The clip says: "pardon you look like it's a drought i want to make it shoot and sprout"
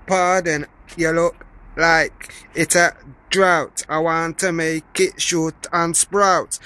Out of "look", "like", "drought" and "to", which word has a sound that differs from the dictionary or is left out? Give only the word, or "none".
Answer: none